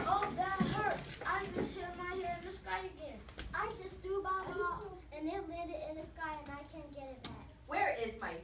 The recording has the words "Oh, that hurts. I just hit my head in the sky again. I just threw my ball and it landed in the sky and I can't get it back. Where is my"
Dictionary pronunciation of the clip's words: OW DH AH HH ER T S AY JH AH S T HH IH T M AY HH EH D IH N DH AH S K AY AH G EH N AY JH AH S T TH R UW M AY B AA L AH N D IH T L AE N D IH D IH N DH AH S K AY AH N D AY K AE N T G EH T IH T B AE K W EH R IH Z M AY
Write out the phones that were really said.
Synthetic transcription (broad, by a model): OW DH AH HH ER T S AY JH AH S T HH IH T M AY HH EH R IH N DH AH S K AY AH G EH N AY JH AH S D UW B AA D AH N IH T L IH D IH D IH N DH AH S K AY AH N AY K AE N G EH T IH T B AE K W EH R IH Z M AY